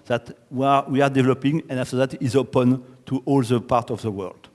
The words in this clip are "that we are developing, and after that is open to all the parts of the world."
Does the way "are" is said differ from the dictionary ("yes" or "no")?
yes